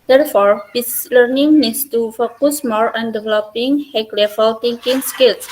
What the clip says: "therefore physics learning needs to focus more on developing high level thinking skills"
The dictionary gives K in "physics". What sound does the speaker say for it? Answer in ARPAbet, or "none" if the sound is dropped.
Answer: none